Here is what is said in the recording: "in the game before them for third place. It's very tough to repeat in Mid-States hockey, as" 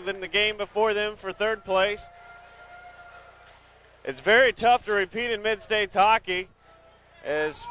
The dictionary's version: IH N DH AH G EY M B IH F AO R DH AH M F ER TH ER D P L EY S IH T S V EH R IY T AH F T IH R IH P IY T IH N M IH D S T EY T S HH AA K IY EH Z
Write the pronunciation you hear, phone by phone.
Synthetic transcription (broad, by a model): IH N DH AH G EY M B IH F AO R DH AH M F ER TH ER D P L EY S IH T S V EH R IY T AH F T IH R IH P IY T IH N M IH D S T EY T S HH AA K IY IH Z